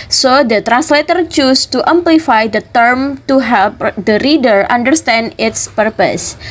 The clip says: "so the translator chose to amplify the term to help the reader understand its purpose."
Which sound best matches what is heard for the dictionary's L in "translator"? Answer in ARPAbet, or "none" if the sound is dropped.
L